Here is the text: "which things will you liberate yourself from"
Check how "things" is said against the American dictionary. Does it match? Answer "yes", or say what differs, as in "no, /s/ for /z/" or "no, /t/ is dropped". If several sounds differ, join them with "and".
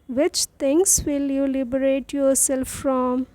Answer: no, /t/ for /θ/